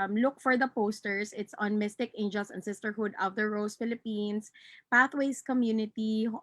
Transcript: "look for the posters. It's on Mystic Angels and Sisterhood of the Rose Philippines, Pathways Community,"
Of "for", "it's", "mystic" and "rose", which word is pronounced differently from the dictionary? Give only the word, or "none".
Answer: rose